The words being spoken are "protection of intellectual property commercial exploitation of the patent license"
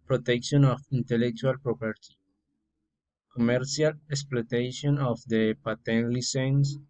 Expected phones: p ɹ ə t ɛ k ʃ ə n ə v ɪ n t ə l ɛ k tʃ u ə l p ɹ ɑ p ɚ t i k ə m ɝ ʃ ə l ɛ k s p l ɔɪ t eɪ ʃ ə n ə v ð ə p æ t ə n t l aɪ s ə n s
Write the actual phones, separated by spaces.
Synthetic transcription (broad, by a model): p ɹ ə t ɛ k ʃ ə n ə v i n t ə l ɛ k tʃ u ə l p ɹ ɑ p ɚ t i k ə m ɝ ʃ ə l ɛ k s p l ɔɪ t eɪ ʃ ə n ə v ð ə p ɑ t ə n l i s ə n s